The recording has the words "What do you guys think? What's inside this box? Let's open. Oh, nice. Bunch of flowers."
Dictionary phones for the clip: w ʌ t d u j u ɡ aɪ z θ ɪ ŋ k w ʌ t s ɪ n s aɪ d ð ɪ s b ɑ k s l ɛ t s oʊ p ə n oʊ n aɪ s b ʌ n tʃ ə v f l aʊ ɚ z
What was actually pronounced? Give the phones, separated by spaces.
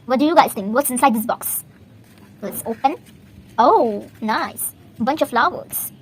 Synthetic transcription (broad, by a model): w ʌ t d u j u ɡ aɪ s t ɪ ŋ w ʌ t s ɪ n s aɪ d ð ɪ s b ɑ k s w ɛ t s oʊ p ə n oʊ n aɪ s b ʌ n tʃ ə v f l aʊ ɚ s